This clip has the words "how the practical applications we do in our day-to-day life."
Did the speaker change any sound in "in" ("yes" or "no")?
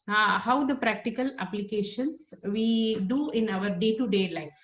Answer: no